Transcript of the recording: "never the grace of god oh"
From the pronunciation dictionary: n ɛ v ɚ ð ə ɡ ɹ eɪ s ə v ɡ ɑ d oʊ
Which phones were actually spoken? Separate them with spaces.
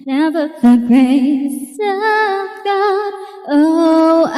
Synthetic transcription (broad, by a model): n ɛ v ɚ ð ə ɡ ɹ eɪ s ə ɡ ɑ oʊ